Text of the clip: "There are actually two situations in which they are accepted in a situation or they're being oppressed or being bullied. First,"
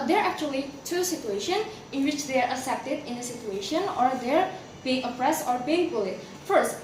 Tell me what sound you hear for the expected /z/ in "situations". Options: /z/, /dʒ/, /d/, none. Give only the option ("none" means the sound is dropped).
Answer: none